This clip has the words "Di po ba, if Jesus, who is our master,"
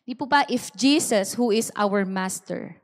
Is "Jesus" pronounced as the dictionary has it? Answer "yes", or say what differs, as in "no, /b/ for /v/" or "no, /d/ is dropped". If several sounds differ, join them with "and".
no, /s/ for /z/